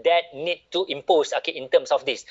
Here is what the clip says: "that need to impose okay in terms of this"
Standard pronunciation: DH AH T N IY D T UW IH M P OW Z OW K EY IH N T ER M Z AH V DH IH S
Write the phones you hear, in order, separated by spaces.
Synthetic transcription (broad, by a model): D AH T N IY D T UW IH M P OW S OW K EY IH N T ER M S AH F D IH S